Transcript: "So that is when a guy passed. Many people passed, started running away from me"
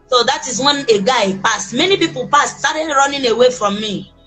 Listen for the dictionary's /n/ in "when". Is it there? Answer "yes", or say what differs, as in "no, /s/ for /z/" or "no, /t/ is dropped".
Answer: yes